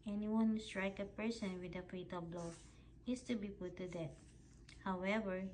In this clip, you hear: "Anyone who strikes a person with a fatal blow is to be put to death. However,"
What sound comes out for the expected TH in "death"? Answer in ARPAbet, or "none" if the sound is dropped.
T